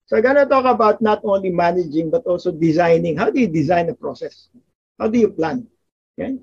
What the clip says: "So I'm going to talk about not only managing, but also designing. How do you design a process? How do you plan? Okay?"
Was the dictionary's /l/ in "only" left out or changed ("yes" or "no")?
no